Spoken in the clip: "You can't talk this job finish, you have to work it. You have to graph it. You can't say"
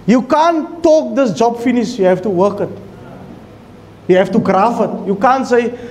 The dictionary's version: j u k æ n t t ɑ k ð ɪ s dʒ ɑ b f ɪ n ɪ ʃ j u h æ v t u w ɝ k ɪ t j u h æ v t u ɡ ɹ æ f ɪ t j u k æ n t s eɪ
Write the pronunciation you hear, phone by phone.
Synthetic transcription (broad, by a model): j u k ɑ n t t ɑ k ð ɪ s dʒ ɑ b f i n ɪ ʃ j u h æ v t u w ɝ k ɪ t j u h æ f t u ɡ ɹ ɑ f ɪ t j u k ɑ n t s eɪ